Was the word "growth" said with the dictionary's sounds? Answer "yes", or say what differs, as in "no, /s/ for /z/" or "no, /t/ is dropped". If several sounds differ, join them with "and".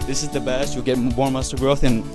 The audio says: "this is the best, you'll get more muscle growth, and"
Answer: yes